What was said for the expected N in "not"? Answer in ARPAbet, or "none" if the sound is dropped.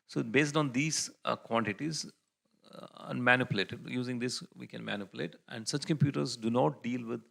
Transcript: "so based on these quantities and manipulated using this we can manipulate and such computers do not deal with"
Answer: N